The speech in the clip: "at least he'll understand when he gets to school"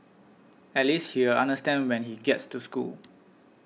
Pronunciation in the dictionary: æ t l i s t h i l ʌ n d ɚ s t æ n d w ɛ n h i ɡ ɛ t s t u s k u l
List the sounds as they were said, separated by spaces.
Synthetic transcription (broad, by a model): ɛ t l i s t h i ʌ n d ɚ s t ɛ n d w ɛ n h i ɡ ɛ t s t u s k u l